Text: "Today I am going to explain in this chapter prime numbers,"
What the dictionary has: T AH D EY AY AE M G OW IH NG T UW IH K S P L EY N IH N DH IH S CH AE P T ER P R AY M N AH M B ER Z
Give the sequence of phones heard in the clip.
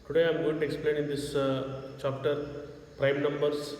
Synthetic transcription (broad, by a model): T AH D EY AY M G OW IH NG T UW IH K S P L EY N IH N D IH S CH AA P T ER P R AY M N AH M B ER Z